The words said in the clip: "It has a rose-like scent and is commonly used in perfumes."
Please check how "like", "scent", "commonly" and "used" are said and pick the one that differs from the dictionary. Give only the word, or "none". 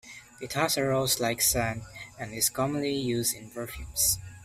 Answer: scent